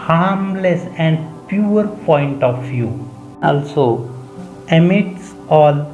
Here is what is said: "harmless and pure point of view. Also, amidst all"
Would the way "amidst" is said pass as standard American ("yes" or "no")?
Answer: no